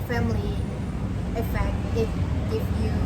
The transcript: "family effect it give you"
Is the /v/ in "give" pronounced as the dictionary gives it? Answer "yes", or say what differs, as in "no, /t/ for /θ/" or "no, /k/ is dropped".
no, /f/ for /v/